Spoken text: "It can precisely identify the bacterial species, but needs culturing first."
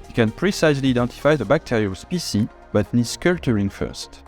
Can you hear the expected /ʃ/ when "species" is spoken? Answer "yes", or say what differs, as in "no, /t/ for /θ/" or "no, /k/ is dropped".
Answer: no, /s/ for /ʃ/